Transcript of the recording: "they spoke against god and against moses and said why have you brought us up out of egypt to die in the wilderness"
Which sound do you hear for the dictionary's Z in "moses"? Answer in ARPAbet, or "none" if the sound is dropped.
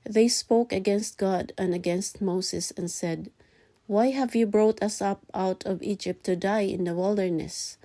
S